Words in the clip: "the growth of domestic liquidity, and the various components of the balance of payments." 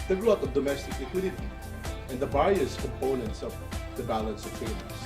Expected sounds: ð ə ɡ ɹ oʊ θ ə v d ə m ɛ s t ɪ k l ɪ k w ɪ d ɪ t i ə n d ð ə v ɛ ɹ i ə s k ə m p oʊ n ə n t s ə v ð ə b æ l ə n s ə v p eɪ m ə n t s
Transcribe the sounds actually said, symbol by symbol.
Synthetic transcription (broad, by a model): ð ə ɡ ɹ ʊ t ə v d ə m ɛ s t ɪ k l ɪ k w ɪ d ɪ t i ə n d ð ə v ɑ i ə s k ə m p oʊ n ə n t s ə v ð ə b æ l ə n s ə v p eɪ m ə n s